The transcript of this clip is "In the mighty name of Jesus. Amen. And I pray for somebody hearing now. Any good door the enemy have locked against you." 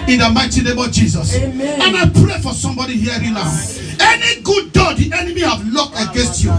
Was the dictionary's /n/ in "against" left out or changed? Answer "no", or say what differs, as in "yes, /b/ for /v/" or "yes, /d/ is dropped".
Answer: no